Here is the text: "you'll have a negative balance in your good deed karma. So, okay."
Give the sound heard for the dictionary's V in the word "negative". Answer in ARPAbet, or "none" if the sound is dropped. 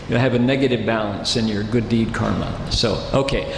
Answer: V